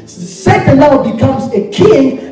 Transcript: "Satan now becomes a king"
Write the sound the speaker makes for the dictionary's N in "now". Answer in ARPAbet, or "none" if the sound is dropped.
L